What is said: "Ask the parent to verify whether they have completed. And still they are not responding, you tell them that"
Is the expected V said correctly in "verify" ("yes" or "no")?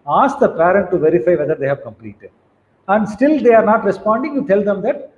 yes